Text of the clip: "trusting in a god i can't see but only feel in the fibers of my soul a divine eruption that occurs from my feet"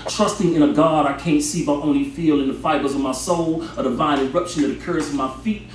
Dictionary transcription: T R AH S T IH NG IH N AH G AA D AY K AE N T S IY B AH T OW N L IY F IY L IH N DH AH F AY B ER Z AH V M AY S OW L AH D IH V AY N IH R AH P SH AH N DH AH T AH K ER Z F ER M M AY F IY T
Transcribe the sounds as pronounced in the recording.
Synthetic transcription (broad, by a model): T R AH S T IH NG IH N AH G AA D AY K AE N T S IY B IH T OW N L IY F IY L IH N DH AH F AY B ER Z AH V M AY S OW L AH D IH V AY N IH R AH P SH AH N DH AH T AH K ER Z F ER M M AY F IY T